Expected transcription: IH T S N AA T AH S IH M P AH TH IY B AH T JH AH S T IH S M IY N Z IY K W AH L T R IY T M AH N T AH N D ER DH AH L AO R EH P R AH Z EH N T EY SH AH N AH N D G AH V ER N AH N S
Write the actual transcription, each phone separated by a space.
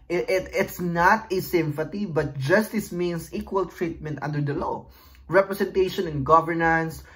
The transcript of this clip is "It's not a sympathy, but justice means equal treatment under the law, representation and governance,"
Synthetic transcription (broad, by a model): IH T S N AA T AH S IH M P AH T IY B AH T JH AH S T IH S M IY N S IY K W AH L T R IY T M AH N T AH N D ER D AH L AO R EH P R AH S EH N T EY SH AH N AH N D G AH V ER N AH N S